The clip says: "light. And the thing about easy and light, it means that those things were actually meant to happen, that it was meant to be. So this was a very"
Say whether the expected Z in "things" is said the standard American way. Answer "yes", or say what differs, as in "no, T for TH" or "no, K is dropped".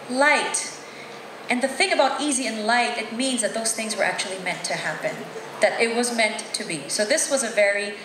yes